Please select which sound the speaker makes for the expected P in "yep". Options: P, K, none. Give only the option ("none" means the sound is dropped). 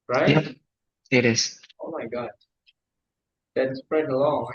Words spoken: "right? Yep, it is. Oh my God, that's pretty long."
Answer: none